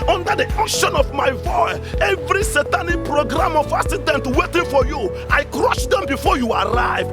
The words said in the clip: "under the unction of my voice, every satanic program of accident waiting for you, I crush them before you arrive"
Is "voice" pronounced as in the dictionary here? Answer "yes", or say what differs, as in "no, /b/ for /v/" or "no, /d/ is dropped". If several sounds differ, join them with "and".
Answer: no, /s/ is dropped